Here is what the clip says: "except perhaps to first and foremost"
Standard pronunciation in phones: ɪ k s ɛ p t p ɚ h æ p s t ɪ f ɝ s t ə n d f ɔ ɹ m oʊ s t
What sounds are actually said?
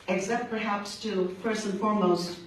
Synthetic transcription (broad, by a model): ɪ k s ɛ p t p ɚ h æ p s t ɪ p ɝ s ə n f ɔ ɹ m oʊ s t